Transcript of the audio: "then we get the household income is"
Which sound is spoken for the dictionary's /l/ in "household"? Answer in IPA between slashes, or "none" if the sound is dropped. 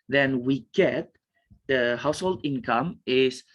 /l/